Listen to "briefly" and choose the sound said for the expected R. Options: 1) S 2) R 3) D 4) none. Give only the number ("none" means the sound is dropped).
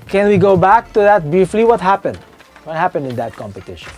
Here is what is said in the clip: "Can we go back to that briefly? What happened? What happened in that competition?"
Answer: 4